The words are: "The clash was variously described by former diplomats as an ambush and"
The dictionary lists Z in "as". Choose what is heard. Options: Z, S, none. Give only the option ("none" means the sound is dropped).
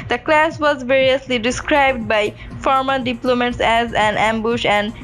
Z